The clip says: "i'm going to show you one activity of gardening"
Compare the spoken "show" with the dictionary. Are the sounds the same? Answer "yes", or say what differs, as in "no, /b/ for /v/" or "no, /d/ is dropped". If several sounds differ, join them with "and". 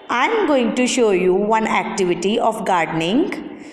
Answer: yes